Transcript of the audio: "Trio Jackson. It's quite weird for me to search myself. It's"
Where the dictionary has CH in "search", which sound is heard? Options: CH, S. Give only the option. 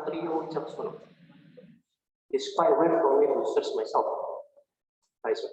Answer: S